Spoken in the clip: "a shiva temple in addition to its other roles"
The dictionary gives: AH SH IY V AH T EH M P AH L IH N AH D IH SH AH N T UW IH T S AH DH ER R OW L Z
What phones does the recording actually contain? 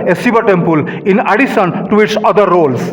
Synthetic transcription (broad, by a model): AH S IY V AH T EH M P AH L IH N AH D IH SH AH N T UW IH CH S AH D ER R OW L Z